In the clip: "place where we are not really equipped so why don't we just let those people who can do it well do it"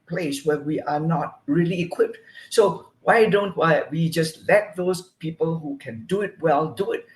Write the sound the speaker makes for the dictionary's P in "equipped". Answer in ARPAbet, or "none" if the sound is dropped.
P